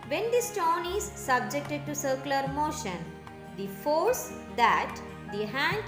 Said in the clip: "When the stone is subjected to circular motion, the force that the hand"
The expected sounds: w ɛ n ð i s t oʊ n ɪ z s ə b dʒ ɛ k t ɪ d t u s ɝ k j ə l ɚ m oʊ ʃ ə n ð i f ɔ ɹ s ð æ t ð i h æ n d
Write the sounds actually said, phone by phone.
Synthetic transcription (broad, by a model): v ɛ n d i s t oʊ n ɪ z s ə b dʒ ɛ k t ɪ d t u s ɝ k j l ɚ m oʊ ʃ ə n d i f ɔ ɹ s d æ t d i h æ n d